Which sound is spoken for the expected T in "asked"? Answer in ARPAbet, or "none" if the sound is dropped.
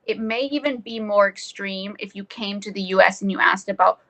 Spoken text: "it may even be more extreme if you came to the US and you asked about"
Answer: T